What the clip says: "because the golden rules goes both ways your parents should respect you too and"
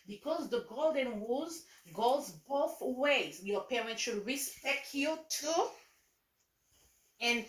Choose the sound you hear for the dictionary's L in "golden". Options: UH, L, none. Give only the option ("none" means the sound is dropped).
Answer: L